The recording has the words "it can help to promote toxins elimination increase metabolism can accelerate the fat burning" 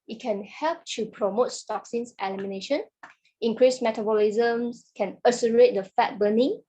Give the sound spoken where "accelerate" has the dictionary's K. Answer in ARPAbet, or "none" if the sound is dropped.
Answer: none